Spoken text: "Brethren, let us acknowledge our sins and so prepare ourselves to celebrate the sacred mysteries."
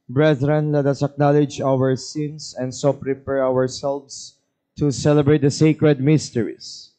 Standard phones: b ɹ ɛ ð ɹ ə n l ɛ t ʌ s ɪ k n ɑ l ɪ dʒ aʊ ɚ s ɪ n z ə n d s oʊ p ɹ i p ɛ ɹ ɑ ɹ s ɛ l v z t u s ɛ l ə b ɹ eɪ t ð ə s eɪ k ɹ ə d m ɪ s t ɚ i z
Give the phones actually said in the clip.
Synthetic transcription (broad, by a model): b ɹ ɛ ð ɹ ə n l ɛ t ʌ s ɪ k n ɑ l ɪ dʒ aʊ ɚ s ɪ n s ə n d s oʊ p ɹ i p ɛ ɹ ɑ ɹ s ɛ l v s t u s ɛ l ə b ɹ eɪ t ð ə s eɪ k ɹ ə d m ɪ s t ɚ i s